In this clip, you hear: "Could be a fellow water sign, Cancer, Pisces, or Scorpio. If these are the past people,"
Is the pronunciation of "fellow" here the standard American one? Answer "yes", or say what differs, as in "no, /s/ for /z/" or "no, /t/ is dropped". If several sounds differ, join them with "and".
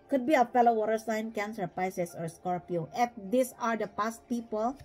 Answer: yes